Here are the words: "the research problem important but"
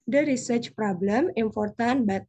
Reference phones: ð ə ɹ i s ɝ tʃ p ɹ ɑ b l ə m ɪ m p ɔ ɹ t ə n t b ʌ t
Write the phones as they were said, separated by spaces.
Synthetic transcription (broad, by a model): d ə ɹ i s ɝ tʃ p ɹ ɑ b l ə m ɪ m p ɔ ɹ t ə n b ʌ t